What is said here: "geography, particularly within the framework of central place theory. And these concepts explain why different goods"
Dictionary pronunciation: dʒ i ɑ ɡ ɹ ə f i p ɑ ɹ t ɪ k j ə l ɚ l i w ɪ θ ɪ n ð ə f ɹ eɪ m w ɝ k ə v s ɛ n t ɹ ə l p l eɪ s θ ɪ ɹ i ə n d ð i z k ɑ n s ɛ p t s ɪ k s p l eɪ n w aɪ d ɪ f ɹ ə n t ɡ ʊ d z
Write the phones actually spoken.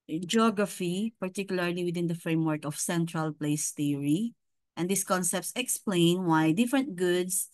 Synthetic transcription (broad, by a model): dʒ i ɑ ɡ ɹ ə f i p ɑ ɹ t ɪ k j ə l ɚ l i w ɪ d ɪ n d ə f ɹ eɪ m w ɝ k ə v s ɛ n t ɹ ə l p l eɪ s t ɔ ɹ i ə n d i s k ɑ n s ɛ p t s ɪ k s p l eɪ n w aɪ d ɪ f ɹ ə n t ɡ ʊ d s